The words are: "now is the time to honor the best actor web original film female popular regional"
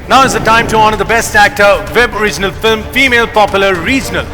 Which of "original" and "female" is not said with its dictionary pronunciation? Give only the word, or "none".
none